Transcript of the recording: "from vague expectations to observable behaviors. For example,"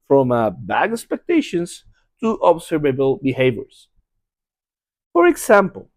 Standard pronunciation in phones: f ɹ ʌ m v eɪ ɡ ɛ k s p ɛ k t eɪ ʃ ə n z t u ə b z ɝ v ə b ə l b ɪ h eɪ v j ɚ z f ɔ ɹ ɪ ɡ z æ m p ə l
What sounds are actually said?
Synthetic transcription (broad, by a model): f ɹ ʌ m b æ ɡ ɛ k s p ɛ k t eɪ ʃ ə n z t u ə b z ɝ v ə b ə l b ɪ h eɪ v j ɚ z f ɔ ɹ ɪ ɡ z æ m p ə l